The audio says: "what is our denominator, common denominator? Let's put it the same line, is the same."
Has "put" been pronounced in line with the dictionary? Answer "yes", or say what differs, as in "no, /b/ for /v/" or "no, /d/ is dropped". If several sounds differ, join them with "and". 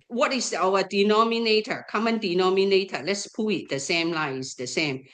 no, /t/ is dropped